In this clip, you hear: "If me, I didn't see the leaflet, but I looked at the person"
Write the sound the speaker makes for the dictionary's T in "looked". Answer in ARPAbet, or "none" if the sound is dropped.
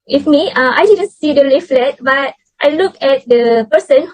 none